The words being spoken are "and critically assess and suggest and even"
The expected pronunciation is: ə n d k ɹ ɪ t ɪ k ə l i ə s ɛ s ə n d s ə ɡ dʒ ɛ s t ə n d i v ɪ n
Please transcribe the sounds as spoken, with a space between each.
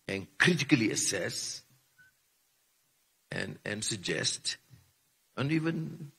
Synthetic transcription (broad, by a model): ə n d k ɹ ɪ t ɪ k ə l i ə s ɛ s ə n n s ə ɡ dʒ ɛ s t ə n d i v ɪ n